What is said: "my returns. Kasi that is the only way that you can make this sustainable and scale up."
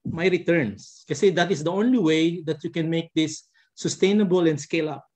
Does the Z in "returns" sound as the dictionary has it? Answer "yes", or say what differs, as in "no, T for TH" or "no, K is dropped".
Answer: no, S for Z